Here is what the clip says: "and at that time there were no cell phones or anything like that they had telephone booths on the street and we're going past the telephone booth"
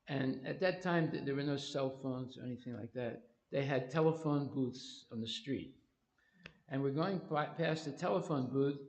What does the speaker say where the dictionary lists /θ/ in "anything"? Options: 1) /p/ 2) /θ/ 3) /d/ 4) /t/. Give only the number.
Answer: 2